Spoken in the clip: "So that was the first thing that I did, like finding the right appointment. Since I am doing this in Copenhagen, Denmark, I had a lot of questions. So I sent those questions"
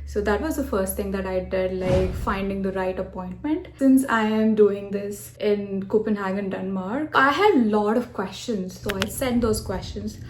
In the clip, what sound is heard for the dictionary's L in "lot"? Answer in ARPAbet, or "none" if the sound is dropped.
L